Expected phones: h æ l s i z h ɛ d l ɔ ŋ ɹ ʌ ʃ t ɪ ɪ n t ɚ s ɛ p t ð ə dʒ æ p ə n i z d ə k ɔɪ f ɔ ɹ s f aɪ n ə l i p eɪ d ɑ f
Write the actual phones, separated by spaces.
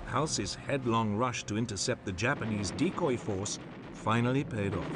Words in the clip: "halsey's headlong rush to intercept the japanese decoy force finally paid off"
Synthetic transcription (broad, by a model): h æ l s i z h ɛ d l ɔ ŋ ɹ ʌ ʃ t ɪ ɪ n t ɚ s ɛ p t ð ə dʒ æ p ə n i z d ə k ɔɪ f ɔ ɹ s f aɪ n l i p eɪ d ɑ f